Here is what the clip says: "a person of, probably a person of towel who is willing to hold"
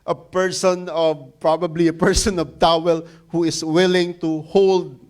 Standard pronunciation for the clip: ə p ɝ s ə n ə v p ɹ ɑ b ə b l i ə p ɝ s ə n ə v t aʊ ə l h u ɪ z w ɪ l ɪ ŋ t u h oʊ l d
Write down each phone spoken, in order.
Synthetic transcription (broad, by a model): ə p ɝ s ə n ə v p ɹ ɑ b ə b l i ə p ɝ s ə n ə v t aʊ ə l h u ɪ s w ɪ l ɪ ŋ t u h oʊ l d